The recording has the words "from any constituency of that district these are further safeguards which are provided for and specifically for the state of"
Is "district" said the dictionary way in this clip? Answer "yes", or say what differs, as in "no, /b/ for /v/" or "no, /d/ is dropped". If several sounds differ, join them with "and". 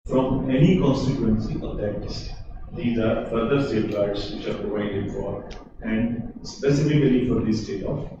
no, /s/ is dropped and /ɹ/ is dropped